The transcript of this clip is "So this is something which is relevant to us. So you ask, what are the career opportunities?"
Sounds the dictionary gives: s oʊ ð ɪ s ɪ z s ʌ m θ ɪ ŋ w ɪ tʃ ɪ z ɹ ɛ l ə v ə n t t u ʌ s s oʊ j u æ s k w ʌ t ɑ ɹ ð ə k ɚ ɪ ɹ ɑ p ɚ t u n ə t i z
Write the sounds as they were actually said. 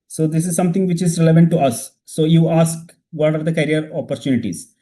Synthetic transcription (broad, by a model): s oʊ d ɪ s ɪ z s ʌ m t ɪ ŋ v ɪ tʃ ɪ z ɹ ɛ l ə v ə n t t u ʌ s s oʊ j u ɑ s k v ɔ t ɑ ɹ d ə k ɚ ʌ ɹ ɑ p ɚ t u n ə t i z